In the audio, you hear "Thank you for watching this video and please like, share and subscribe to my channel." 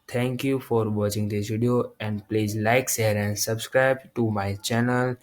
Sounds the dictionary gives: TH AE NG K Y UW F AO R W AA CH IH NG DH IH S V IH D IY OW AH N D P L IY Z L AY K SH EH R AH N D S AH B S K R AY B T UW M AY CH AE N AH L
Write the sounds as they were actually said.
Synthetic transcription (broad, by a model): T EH NG K Y UW F AO R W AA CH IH NG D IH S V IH D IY OW AH N D P L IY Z L AY K S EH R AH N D S AH B S K R AY B T UW M AY CH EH N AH L